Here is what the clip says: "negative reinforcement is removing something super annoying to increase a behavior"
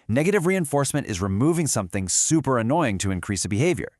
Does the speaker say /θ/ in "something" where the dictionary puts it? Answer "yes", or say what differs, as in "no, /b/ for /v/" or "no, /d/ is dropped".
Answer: yes